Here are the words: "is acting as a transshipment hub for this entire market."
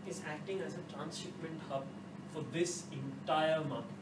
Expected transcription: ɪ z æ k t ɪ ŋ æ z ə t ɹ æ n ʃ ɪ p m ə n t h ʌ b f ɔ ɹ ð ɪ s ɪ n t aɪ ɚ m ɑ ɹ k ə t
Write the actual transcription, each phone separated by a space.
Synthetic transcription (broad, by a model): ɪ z æ k t ɪ ŋ æ z ə t ɹ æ n s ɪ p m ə n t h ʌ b f ɔ ɹ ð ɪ s ɪ n t aɪ ɚ m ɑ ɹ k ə